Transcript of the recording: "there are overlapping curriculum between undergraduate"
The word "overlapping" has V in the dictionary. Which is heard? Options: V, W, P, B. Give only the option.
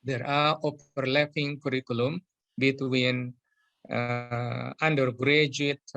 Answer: P